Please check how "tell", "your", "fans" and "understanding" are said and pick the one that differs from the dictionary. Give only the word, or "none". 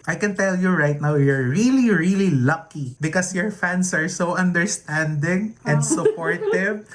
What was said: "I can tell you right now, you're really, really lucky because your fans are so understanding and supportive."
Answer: fans